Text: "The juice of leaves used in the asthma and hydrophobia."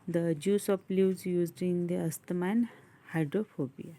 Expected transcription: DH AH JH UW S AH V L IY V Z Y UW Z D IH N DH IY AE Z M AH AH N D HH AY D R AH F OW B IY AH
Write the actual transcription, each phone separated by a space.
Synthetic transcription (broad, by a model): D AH JH UW S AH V L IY Z Y UW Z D IH N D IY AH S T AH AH N HH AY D R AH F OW B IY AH